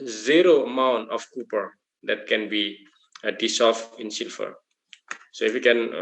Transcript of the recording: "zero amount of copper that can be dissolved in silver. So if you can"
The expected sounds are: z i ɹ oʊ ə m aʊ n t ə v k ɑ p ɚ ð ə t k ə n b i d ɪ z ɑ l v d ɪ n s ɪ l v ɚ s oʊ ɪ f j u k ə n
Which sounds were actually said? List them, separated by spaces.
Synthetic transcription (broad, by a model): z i ɹ oʊ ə m aʊ n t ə f k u p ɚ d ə t k ə n b i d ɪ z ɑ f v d ɪ n s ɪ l f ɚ s oʊ ɪ f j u k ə n